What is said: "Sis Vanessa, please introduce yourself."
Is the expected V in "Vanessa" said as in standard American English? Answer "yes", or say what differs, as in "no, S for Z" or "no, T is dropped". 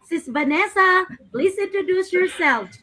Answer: no, B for V